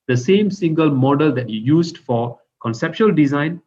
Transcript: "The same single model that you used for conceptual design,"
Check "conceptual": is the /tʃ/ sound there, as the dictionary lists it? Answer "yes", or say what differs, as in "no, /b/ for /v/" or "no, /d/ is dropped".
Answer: no, /ʃ/ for /tʃ/